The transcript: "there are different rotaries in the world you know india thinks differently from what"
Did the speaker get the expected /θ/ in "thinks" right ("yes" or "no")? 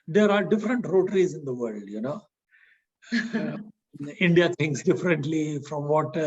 no